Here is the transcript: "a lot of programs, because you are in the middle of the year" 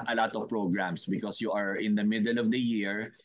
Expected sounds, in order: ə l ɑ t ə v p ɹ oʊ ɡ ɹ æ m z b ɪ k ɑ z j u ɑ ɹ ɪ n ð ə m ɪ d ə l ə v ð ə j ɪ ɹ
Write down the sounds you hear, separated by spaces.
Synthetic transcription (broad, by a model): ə l ɑ t ə v p ɹ oʊ ɡ ɹ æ m s b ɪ k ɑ s j u ɑ ɹ ɪ n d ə m ɪ d ə l ə v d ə j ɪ ɹ